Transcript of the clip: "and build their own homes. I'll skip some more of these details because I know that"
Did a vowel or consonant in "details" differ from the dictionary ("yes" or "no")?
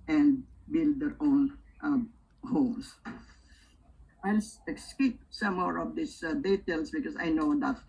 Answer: yes